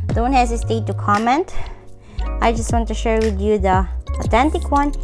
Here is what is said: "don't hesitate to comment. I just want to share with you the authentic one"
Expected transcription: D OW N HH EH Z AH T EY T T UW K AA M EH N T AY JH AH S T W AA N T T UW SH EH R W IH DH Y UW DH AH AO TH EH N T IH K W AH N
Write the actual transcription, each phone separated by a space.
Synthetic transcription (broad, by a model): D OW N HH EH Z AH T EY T T UW K AA M EH N T AY JH AH S T W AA N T T UW SH EH R W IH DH Y UW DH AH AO T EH N T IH K W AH N